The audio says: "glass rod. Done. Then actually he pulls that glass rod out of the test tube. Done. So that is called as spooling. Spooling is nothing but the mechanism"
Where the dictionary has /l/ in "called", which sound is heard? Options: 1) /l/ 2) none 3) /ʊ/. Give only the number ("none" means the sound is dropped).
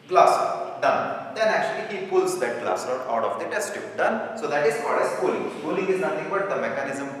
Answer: 2